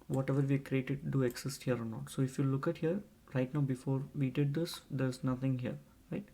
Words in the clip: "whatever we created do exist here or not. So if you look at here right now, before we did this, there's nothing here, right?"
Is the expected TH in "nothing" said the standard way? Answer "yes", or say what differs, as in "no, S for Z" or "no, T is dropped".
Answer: no, T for TH